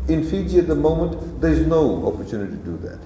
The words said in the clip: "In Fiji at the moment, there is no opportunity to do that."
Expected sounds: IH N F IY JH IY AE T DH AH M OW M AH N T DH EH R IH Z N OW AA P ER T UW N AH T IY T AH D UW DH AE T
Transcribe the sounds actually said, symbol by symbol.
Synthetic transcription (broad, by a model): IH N F IY JH IY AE T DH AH M OW M AH N T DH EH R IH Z N OW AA P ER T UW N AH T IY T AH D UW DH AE T